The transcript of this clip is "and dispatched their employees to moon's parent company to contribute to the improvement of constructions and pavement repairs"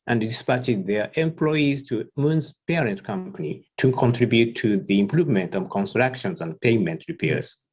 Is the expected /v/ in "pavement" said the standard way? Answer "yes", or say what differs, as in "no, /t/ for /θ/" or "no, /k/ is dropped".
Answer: no, /v/ is dropped